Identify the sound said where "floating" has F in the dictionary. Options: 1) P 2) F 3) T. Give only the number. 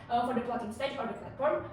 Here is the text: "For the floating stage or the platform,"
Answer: 1